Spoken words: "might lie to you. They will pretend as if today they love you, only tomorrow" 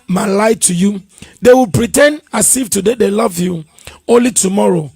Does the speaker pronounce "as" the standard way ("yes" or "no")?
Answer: no